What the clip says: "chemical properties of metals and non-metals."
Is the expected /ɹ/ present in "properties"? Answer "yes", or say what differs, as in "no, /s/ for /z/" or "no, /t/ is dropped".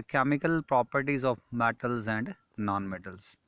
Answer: yes